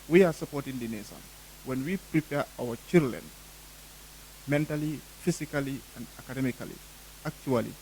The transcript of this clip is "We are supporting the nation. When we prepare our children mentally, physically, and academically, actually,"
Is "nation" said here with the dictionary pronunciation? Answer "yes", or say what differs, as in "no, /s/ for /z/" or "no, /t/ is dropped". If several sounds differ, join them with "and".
no, /s/ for /ʃ/